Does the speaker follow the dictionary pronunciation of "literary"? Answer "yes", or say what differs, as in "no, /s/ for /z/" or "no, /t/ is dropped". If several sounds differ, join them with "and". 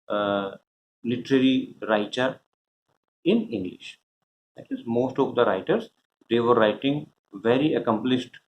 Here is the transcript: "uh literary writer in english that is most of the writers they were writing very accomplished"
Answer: yes